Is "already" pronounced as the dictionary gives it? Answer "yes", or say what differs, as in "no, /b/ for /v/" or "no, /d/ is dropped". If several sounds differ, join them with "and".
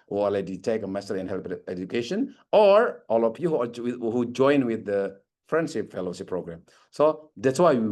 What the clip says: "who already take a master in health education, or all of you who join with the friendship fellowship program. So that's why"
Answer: no, /ɹ/ is dropped